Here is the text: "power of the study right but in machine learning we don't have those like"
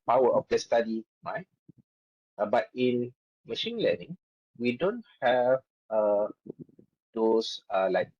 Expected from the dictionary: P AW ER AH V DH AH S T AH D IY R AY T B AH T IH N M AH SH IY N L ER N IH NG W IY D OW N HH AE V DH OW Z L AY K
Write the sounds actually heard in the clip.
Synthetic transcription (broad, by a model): P AW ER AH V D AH S T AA D IY R AY T B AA T IH N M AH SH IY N L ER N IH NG W IY D OW N HH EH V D OW S L AY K